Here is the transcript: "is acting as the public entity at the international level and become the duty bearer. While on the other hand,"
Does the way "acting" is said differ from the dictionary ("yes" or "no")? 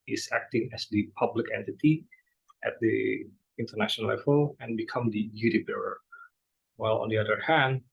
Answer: no